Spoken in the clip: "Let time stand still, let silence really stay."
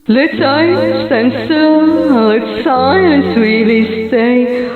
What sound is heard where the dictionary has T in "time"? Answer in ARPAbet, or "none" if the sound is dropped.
S